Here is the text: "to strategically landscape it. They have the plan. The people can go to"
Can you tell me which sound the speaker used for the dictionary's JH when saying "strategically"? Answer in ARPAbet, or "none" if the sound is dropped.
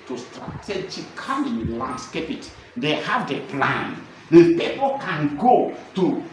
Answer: CH